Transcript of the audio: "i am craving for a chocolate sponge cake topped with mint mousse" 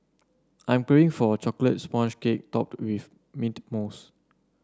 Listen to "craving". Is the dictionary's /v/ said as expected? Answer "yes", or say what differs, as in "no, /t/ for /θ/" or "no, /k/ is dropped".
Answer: no, /v/ is dropped